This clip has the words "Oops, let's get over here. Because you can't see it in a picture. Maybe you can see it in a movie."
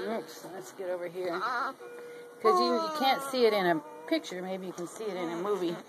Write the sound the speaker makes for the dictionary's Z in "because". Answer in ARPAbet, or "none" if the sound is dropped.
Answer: none